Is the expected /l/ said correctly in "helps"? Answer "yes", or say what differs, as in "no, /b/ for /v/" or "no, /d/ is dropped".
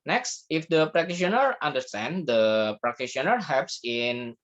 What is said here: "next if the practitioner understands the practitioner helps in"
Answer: no, /l/ is dropped